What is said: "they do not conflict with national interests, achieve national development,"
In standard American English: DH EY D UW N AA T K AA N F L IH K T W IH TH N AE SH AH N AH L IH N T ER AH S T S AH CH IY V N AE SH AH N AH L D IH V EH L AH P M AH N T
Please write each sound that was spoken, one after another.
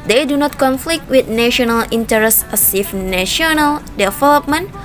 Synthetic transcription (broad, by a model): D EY D UW N AA T K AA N F L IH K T W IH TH N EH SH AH N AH L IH N T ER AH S S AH S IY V N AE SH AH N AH L D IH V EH L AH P M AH N